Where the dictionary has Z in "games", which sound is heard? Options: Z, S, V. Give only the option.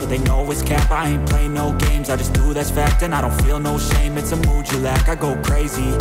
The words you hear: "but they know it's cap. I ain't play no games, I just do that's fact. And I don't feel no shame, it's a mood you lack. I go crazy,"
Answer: Z